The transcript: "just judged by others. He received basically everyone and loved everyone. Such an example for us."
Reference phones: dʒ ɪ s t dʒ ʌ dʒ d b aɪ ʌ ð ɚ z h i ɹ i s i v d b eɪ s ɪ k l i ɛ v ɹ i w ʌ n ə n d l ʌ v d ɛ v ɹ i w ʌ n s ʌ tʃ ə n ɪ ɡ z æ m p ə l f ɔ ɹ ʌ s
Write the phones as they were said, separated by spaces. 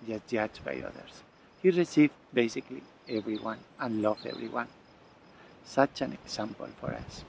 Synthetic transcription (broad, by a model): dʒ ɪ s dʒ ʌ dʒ b aɪ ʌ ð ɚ s h i ɹ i s i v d b eɪ s ɪ k l i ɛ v ɹ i w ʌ n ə n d l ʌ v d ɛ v ɹ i w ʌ n s ʌ tʃ ə n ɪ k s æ m p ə l f ɔ ɹ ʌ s